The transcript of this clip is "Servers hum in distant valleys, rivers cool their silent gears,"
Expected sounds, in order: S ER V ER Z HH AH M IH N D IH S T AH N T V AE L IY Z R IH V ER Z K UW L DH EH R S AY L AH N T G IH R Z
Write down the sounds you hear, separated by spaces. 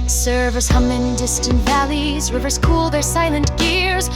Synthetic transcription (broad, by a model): S ER V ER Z HH AH M IH N D IH S T AH N T V AE L IY Z R IH V ER Z K UW L DH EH R S AY L AH N T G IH R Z